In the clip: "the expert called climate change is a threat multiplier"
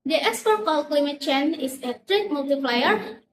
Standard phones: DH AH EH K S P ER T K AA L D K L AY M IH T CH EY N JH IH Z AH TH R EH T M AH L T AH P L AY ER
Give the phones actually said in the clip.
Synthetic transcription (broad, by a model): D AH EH K S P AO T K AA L K L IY M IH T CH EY N IH S AH T R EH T M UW L T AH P L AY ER